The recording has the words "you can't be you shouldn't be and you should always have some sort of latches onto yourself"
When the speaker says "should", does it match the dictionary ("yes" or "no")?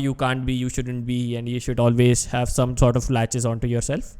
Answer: yes